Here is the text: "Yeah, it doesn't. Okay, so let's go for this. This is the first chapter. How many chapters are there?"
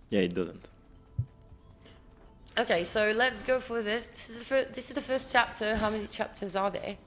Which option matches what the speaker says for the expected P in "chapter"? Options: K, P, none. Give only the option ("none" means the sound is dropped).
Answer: P